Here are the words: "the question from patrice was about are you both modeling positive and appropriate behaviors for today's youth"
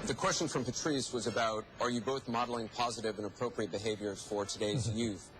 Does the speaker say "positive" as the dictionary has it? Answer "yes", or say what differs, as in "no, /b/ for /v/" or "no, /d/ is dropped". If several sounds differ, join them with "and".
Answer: yes